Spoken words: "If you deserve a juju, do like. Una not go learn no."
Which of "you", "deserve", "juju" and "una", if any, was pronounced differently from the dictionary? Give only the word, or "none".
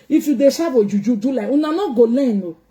deserve